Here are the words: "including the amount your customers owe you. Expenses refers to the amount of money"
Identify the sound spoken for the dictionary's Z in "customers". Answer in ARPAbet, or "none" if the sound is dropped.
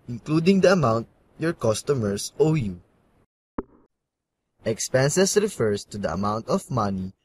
S